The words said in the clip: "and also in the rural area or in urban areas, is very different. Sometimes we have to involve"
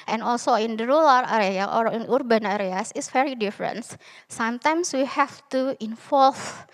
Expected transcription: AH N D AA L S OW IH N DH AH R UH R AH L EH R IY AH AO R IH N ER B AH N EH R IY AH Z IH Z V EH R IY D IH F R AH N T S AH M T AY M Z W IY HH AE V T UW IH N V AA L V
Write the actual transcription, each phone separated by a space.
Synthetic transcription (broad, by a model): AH N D AA L S OW IH N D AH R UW L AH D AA R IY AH AO R IH N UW B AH N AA R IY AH S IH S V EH R IY D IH F R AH N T S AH M T AY M S W IY HH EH F T UW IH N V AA L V